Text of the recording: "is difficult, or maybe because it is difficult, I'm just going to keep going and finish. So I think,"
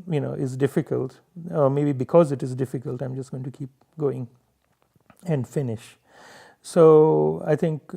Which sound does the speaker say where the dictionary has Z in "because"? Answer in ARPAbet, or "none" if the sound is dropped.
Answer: Z